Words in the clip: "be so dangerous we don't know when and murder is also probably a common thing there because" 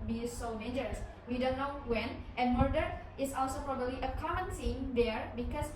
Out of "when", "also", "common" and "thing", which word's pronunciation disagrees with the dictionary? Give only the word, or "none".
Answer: thing